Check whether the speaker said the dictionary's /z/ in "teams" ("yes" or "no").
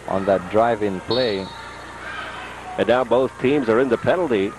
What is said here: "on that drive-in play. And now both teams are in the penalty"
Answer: yes